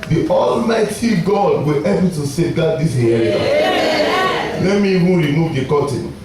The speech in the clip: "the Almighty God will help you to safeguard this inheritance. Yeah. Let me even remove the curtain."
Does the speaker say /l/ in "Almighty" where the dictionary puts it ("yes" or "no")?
yes